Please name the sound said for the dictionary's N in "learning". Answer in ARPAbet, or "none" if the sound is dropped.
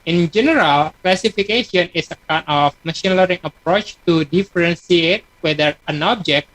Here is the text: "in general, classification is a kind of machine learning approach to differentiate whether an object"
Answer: none